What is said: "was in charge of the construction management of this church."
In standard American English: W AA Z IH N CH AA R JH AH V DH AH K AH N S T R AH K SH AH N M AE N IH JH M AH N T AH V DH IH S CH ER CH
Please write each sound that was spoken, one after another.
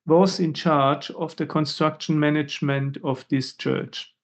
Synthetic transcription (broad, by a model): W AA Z IH N CH AA R JH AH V DH AH K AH N S T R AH K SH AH N M AE N IH JH M AH N T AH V DH IH S CH ER CH